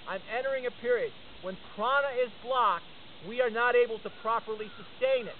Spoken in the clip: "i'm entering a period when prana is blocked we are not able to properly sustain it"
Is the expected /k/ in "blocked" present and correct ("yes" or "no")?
yes